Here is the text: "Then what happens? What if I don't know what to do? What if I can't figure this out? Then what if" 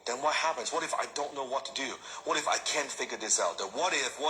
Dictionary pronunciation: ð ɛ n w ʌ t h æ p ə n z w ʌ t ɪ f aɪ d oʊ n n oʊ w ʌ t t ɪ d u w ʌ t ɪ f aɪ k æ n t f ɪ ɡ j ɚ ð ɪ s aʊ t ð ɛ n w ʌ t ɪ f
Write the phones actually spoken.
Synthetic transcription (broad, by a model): ð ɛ n w ʌ t h æ p ə n z w ʌ t ɪ f aɪ d oʊ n n oʊ w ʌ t t ɪ d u w ʌ t ɪ f aɪ k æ n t f ɪ ɡ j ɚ ð ɪ s aʊ t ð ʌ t w ʌ t ɪ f